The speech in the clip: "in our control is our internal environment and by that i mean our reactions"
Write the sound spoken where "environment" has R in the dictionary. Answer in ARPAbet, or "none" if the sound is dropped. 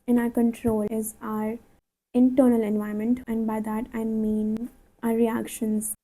none